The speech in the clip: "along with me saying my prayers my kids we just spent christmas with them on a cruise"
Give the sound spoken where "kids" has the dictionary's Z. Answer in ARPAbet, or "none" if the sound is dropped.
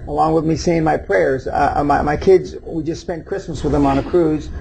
Z